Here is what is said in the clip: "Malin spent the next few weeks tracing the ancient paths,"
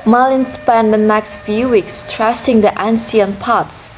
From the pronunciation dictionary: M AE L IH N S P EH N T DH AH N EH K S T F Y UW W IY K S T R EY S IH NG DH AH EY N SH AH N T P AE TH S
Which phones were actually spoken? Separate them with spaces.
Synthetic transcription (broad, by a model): M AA L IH N S P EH N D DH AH N EH K S T F Y UW W IY K S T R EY S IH NG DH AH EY N S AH N P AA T S